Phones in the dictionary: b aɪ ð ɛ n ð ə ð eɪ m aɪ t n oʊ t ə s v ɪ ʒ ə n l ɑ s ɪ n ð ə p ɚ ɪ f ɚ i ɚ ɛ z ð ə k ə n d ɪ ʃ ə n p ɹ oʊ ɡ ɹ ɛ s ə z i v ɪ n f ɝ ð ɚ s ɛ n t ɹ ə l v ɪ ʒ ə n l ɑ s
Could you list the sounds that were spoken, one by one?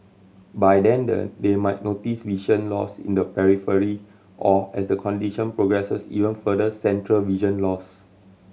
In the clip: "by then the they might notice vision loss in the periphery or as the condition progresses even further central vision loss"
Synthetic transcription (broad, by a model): b aɪ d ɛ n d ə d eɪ m aɪ t n oʊ t ə s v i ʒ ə n l ɑ s ɪ n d ə p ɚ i f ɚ i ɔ ɛ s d ə k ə n d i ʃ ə n p ɹ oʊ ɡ ɹ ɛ s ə s i v ɪ n f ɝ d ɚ s ɛ n t ɹ ə l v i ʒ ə n l ɑ s